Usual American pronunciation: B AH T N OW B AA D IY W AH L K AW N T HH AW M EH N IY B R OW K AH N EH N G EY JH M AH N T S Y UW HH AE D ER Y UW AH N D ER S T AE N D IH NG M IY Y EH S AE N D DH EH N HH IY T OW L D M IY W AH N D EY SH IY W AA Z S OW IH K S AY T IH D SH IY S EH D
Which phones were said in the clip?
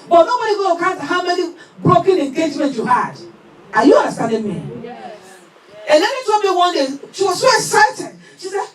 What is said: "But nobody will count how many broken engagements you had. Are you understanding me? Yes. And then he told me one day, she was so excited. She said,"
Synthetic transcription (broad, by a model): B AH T N OW B AA D IY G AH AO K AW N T HH AW M EH N IY B R OW K AH N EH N G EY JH M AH N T Y UW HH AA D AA Y UW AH N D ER S T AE N D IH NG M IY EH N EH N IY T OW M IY W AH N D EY SH IY W AA Z S OW IH K S AY T IH D SH IY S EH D